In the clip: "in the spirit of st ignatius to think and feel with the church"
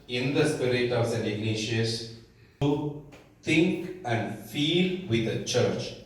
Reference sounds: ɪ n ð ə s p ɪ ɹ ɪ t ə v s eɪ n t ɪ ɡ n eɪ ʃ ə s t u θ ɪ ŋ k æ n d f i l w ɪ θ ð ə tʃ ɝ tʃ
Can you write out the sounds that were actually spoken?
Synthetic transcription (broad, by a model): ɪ n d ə s p ɪ ɹ ɪ t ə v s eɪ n ɪ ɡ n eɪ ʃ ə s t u t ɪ ŋ k æ n d f i l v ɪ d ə tʃ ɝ tʃ